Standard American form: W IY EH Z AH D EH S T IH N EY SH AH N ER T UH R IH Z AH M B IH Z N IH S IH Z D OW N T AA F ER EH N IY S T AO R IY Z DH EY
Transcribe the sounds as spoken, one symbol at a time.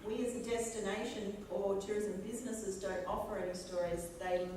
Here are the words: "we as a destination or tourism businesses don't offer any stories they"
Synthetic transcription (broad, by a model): W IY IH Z AH D EH S T IH N EY SH AH N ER T UH R IH Z AH M B IH Z N IH S IH Z D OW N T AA P ER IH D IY S T AO R IY Z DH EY